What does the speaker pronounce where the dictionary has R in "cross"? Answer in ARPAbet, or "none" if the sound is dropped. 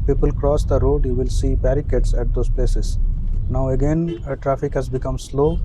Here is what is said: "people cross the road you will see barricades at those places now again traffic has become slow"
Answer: R